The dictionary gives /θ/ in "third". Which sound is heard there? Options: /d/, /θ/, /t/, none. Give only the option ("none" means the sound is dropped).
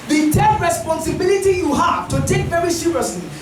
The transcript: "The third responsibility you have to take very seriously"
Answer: /t/